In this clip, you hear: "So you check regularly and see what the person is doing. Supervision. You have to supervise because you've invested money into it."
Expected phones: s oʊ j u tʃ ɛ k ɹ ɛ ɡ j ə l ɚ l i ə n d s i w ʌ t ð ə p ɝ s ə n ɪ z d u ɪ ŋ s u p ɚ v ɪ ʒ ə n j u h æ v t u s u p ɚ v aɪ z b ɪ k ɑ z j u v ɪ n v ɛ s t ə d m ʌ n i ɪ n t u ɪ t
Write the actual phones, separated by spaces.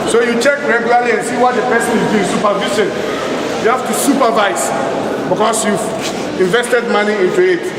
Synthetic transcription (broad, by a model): s oʊ j u tʃ ɛ k ɹ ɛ ɡ j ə l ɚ l i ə n s i w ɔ t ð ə p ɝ s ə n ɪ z d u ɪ s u p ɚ v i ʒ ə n j u h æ f t u s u p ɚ v aɪ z b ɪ k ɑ s j u v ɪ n v ɛ s t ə d m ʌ n i ɪ n t u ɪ t